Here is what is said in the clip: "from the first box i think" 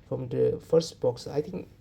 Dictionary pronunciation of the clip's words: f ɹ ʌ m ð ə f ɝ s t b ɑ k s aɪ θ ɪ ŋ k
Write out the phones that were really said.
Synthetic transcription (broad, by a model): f ɹ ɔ m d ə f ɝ s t b ɑ k s aɪ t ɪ ŋ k